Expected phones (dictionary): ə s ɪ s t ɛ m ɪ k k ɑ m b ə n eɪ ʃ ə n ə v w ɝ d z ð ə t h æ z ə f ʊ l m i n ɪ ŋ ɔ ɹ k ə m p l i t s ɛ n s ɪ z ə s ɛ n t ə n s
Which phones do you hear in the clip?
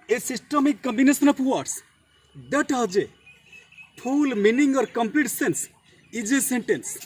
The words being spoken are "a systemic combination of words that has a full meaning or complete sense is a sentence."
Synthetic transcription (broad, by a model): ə s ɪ s t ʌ m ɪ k k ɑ m b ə n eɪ s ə n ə p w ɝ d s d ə t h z ə p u l m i n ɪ ŋ ɔ ɹ k ə m p l i t s ɛ n s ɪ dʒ ə s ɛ n t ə n s